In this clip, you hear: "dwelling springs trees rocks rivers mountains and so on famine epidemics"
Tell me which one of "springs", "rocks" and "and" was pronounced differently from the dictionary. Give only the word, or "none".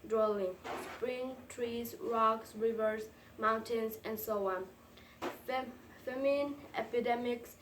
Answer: springs